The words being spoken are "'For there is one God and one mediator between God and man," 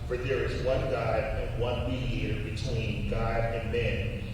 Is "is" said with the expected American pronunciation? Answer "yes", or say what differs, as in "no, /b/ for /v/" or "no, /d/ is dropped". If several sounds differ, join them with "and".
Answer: yes